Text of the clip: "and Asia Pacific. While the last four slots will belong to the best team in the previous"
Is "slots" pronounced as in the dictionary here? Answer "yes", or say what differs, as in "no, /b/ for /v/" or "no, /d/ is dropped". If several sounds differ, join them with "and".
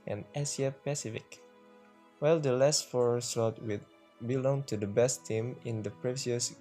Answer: no, /l/ is dropped and /s/ is dropped